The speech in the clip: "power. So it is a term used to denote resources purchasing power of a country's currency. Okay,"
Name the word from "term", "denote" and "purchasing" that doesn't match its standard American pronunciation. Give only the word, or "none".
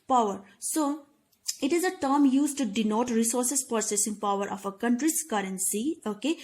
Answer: purchasing